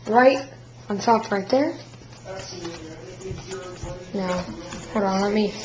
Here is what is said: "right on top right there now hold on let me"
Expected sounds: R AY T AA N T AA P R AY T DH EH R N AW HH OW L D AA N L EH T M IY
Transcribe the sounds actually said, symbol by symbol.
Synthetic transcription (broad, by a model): R AY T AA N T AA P R AY T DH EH R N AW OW W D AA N L EH T M IY